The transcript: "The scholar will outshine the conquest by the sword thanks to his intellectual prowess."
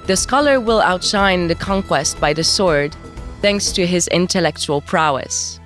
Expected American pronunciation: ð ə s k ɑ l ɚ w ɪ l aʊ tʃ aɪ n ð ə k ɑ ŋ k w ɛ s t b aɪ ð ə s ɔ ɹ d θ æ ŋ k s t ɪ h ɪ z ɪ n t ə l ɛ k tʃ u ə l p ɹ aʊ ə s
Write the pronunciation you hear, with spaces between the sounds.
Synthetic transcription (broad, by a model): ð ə s k ɑ l ɚ w ɪ l aʊ tʃ aɪ n ð ə k ɑ ŋ k w ɛ s t b aɪ ð ə s ɔ ɹ d θ æ ŋ k s t ɪ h ɪ z ɪ n t ə l ɛ k tʃ u ə l p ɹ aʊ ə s